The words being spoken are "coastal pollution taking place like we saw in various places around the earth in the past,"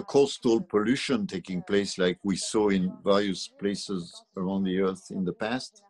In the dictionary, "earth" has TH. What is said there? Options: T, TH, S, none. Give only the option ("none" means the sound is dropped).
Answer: TH